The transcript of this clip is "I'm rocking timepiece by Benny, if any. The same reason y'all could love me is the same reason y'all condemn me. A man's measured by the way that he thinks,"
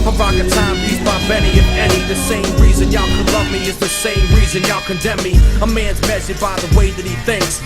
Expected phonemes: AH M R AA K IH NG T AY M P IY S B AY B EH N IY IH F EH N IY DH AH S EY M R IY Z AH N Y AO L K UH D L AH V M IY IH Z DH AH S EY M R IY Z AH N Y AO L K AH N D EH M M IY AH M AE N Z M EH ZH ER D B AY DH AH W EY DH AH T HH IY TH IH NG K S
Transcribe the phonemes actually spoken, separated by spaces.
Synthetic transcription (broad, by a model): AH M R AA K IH T AY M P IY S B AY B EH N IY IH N EH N IY DH AH S EY M R IY Z AH N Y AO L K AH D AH M IY IH Z DH AH S EY M R IY Z AH N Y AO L K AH N D EH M M IY AH M AE N Z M EH S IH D B AY DH AH W EY DH AH T HH IY TH IH NG K S